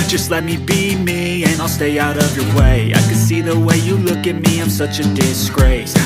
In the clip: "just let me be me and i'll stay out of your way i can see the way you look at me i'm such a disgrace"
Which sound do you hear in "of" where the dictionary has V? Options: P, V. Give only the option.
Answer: V